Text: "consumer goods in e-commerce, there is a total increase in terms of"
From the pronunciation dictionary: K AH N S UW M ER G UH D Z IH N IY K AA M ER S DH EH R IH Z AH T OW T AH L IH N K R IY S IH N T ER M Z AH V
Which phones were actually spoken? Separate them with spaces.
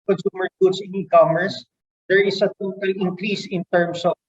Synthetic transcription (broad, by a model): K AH N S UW M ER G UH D S IH N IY K AA M ER S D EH R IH S AH T OW T AH L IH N K R IY S IH N T ER M S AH